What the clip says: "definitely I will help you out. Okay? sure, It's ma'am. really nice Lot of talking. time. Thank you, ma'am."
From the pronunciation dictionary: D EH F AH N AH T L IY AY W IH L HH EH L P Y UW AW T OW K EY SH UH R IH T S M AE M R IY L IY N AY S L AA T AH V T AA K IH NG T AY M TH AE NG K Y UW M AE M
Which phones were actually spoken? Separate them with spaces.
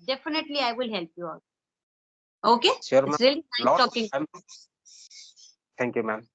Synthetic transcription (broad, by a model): D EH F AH N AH T L IY AY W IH L HH EH L P Y UW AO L OW K EY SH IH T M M R IY L IY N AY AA AH T AA K IH NG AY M T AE NG K Y UW M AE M